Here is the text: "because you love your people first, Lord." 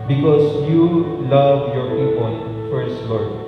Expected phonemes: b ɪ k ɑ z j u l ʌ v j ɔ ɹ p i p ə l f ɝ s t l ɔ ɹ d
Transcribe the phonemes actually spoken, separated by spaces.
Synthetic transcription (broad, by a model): b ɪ k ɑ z j u l ʌ v j ɔ ɹ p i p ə n f ɝ s t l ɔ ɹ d